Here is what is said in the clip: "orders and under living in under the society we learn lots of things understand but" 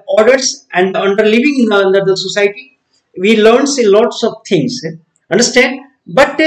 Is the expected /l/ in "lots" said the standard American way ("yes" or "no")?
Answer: yes